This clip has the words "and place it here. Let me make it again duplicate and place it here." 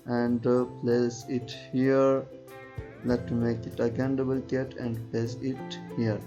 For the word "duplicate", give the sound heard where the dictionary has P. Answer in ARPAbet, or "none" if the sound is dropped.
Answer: B